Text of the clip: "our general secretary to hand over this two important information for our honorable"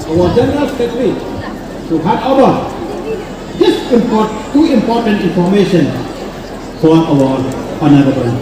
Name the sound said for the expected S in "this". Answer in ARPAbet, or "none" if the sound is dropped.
none